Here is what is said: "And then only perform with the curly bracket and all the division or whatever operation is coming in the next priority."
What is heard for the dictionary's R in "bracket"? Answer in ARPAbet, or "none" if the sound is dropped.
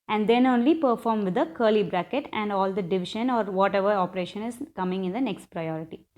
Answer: R